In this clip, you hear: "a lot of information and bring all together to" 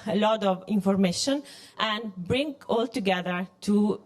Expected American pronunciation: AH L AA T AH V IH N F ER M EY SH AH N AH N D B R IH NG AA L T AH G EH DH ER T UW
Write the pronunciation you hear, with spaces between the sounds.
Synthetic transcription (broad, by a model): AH L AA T AH V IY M F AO M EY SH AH N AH N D B R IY NG AA L T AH G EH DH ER T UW